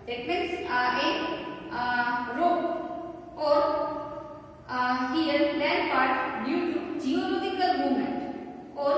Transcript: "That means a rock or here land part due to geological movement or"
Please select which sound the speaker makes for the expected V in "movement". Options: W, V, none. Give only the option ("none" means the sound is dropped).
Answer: none